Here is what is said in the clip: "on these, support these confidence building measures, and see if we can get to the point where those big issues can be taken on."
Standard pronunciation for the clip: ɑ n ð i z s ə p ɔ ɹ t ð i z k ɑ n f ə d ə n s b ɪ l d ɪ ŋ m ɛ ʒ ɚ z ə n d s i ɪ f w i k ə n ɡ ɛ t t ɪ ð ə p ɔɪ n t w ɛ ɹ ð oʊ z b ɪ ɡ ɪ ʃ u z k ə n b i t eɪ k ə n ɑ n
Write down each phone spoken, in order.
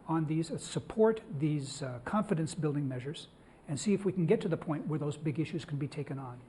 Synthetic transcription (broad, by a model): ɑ n ð i z s ə p ɔ ɹ t ð i z k ɑ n f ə d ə n s b ɪ l d ɪ ŋ m ɛ ʒ ɚ z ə n s i ɪ f w i k n ɡ ɛ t t ɪ ð ə p ɔɪ n t w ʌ ɹ ð oʊ z b ɪ ɡ ɪ ʃ u z k n b i t eɪ k ə n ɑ n